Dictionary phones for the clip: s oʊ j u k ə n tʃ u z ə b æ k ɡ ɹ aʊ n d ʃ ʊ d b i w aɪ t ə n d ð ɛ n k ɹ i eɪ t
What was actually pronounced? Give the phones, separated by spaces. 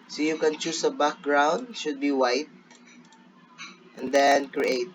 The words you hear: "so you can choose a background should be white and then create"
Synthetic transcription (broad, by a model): s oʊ j u k ə n tʃ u s ə b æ k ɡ ɹ aʊ n d ʃ ʊ d b i w aɪ t ə n d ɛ n k ɹ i eɪ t